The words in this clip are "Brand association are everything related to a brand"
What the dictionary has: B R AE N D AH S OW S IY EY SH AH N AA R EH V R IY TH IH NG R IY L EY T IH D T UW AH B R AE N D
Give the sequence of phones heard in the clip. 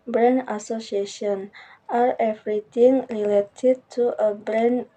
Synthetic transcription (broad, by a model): B R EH N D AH S OW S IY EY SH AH N AA R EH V R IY T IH NG R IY L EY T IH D T UW AH B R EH N